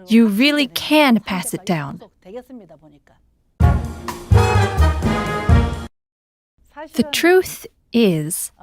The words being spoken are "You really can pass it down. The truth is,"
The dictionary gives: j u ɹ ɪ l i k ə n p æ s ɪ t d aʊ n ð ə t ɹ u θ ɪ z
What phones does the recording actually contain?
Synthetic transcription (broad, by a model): j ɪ ɹ ɪ l i k ə n p æ s ɪ t d aʊ n ð ə t ɹ u θ ɪ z